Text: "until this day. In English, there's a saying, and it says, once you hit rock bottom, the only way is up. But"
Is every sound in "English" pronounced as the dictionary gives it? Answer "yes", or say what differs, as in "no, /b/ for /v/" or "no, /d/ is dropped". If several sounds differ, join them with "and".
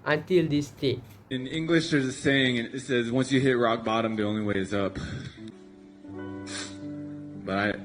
yes